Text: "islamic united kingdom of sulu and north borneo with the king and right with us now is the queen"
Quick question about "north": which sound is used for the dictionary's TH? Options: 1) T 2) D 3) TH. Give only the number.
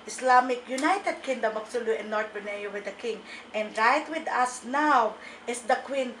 1